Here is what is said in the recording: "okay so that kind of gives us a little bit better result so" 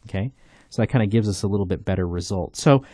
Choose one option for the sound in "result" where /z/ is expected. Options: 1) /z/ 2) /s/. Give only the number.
1